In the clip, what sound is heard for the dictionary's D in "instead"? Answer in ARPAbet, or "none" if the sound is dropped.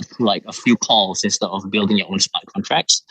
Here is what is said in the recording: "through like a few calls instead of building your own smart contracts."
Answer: none